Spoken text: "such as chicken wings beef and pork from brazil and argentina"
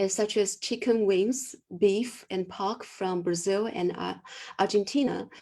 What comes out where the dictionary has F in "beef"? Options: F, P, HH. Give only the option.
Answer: F